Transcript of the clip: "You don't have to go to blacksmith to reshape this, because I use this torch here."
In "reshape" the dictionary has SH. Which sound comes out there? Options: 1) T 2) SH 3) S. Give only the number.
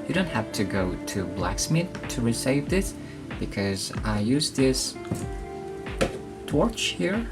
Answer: 3